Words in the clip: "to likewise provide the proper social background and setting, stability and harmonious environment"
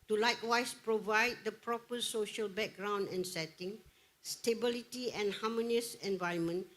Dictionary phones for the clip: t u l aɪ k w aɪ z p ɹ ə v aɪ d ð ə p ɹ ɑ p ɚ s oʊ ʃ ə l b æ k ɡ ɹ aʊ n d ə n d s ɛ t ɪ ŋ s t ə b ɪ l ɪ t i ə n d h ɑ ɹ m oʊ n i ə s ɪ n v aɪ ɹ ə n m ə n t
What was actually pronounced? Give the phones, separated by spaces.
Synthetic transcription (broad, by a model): t u l aɪ k w aɪ s p ɹ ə v aɪ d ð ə p ɹ ɑ p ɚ s oʊ ʃ ə l b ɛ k ɡ ɹ aʊ n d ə n s ɛ t ɪ ŋ s t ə b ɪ l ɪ t i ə n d h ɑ m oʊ n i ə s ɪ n v aɪ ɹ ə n m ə n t